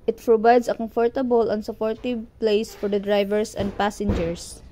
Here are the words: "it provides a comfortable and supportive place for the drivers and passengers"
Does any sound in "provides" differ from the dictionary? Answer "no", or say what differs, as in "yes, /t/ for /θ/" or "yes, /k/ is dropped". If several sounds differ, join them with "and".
yes, /b/ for /v/ and /s/ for /z/